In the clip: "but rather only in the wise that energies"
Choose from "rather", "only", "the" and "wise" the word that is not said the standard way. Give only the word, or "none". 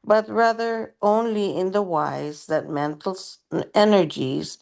none